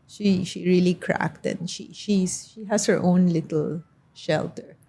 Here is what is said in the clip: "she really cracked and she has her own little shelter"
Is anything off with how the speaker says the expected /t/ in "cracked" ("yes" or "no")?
no